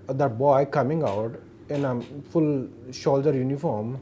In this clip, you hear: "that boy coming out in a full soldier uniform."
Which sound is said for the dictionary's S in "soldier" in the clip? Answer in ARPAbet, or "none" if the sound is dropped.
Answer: SH